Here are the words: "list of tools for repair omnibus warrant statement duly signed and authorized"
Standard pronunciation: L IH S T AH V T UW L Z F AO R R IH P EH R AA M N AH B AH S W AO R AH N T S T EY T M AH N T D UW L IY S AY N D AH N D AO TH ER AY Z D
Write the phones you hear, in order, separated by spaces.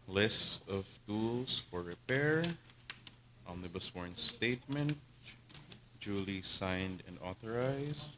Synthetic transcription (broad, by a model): L IH S T AH V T UW L S F AO R R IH P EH R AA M L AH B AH S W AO R N S T EY T M AH N T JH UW L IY S AY N D AH N D AO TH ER AY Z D